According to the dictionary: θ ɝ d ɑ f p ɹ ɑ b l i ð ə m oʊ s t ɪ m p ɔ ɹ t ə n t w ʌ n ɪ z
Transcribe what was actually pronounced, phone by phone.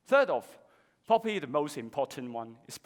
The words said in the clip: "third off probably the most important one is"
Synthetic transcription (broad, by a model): θ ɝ d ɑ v p ɑ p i ð ə m oʊ s t ɪ m p ɔ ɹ t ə n t w ʌ n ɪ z